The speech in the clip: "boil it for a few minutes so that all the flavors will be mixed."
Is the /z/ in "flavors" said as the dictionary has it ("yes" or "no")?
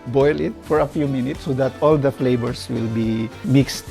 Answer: no